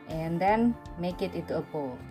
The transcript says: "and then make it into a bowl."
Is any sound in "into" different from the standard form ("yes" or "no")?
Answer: yes